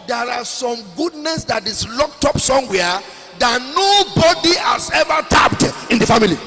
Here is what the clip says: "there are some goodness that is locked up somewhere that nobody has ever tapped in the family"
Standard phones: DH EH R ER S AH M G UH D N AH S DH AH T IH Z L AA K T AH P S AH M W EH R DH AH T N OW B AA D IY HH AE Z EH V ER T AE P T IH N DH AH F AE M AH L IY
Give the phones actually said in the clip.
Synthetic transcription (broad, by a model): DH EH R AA S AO M G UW D N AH S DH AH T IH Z L AA K T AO P S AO M W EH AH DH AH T N OW B AA D IY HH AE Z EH V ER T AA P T IH N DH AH F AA M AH L IY